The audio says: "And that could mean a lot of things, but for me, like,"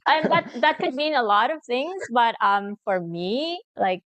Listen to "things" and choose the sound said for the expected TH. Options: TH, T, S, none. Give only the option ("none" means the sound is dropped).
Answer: TH